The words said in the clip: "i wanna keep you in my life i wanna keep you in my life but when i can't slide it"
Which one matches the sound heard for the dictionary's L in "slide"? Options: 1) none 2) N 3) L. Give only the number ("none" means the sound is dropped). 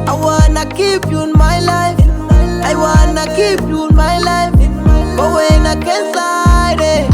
1